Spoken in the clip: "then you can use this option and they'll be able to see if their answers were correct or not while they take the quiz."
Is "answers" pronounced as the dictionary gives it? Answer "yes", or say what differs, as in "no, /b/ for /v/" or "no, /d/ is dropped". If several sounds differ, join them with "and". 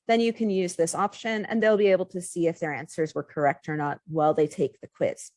yes